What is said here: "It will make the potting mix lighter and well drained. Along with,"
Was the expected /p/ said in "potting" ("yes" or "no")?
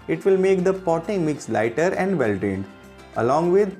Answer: yes